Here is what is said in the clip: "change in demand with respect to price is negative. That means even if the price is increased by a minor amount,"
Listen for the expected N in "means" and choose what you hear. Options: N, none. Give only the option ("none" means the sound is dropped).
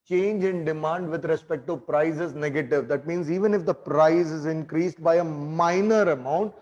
N